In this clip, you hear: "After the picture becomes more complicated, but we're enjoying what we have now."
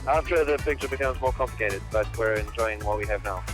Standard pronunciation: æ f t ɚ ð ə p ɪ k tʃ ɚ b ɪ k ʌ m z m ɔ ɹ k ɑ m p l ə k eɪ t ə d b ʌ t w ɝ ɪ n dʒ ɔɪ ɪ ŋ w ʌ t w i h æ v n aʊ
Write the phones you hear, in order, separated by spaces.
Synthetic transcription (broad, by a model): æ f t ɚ ð ə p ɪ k tʃ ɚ b ɪ k ʌ m z m ɔ ɹ k ɑ m p l ə k eɪ t ə d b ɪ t w ɝ ɪ n dʒ ɔɪ ɪ ŋ w ʌ t w i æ v n aʊ